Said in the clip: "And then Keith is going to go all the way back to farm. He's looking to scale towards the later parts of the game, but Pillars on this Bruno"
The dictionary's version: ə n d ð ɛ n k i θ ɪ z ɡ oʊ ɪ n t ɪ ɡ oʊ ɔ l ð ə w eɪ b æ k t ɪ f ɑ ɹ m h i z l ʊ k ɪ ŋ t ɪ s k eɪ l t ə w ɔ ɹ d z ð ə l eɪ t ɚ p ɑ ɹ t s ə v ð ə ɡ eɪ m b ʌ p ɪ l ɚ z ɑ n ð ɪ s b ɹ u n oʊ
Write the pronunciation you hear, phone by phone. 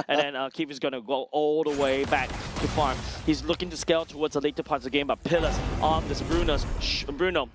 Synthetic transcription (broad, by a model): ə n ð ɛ n k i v ɪ z ɡ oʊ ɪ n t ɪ ɡ oʊ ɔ l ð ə w eɪ b æ k t ɪ f ɑ ɹ m h i z l ʊ k ɪ ŋ t ɪ s k eɪ l t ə w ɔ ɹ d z ð ə l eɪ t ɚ p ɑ ɹ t ə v ð ə ɡ eɪ m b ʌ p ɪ l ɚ s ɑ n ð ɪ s b ɹ u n oʊ